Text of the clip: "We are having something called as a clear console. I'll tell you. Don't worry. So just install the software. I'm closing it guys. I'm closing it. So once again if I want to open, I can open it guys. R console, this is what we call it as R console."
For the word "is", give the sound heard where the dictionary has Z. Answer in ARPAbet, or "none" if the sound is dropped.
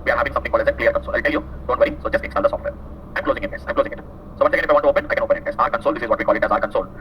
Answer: Z